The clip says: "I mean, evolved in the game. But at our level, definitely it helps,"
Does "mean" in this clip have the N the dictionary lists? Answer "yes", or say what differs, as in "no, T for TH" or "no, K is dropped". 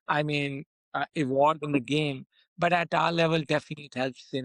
yes